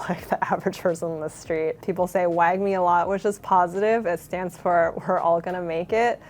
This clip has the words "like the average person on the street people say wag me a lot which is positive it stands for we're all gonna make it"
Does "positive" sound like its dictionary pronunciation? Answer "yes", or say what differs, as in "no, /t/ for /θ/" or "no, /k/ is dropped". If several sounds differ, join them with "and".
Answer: yes